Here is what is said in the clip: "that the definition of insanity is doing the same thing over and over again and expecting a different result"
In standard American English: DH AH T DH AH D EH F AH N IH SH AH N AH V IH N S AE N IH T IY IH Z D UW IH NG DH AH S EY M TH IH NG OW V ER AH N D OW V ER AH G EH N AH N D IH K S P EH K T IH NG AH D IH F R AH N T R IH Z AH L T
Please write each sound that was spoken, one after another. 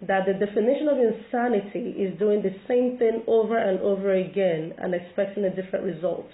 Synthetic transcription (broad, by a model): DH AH T DH AH D EH F AH N IH SH AH N AH V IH N S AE N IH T IY IH Z D UW IH NG DH AH S EY M TH IH NG OW V ER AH N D OW V ER AH G EH N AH N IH K S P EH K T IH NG AH D IH F R AH N T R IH Z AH L T